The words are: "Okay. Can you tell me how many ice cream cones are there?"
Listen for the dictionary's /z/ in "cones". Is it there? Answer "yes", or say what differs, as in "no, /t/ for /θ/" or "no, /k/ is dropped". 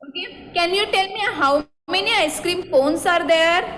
no, /s/ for /z/